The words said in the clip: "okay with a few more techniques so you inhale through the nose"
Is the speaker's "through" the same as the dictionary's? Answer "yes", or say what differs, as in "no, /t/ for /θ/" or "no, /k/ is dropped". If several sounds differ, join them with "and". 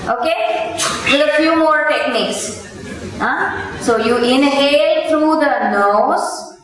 no, /t/ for /θ/